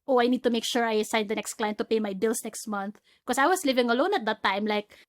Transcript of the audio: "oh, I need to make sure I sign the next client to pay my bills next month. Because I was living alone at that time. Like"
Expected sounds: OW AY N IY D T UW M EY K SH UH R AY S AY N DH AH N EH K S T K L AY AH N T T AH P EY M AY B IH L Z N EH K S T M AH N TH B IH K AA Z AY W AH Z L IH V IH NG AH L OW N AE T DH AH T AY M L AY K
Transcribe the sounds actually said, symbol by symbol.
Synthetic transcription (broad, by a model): OW AY N IY D T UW M EY K SH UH R AY S AY N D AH N EH K S T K L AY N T T AH P EY M AY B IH L S N EH K S T M AH N TH K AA S AY W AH S L IH V IH NG AH L OW N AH T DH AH T AY M L AY K